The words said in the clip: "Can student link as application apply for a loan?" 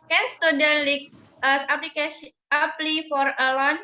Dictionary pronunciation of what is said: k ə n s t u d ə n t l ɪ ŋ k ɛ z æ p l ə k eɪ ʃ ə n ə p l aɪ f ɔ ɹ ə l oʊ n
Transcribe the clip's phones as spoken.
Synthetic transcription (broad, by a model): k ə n s t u d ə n l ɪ k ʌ s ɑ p l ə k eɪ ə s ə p l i f ɔ ɹ ə l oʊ n